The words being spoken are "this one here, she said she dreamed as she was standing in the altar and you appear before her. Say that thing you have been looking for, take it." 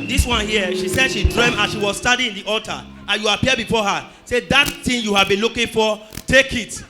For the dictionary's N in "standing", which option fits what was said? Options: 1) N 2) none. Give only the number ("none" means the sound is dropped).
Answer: 2